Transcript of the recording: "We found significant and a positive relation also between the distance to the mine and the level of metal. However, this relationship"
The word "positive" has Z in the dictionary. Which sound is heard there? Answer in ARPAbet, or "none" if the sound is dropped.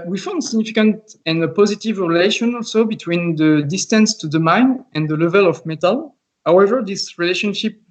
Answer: Z